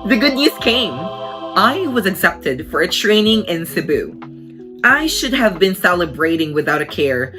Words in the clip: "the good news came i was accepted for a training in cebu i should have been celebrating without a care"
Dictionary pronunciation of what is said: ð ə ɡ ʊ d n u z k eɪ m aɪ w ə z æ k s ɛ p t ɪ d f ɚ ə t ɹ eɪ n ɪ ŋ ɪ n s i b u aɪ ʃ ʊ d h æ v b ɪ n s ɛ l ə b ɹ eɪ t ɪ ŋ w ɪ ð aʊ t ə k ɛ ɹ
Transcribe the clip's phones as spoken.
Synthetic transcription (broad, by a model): ð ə ɡ ʊ d n u z k eɪ m aɪ w ə z æ k s ɛ p t ɪ d f ɚ ə t ɹ eɪ n ɪ ŋ ɪ n s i b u aɪ ʃ ʊ d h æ v b ɪ n s ɛ l ə b ɹ eɪ t ɪ ŋ w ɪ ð aʊ t ə k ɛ ɹ